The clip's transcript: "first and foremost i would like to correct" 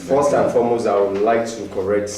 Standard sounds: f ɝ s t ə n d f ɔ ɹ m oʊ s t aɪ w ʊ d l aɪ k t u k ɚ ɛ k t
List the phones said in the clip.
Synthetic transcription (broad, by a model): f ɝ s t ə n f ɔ m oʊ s aɪ w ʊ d l aɪ k t u k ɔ ɛ k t